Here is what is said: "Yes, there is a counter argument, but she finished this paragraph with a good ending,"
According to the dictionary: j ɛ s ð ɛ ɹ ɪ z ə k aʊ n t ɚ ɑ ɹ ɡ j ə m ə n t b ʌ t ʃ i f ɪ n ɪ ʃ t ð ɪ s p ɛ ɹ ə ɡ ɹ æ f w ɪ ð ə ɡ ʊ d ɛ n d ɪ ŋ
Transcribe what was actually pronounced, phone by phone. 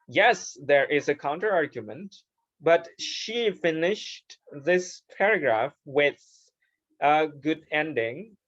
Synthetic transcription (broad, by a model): j ɛ s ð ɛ ɹ ɪ z ə k aʊ n t ɚ ɑ ɹ ɡ j ə m ə n t b ʌ t ʃ i f ɪ n ɪ ʃ t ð ɪ s p ɛ ɹ ə ɡ ɹ æ f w ɪ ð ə ɡ ʊ d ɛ n d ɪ ŋ